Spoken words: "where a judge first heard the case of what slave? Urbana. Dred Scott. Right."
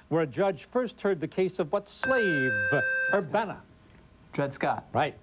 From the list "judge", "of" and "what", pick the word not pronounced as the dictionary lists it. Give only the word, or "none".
none